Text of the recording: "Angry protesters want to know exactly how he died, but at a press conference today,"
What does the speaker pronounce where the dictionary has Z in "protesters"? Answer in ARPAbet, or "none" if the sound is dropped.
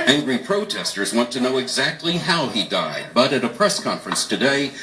Z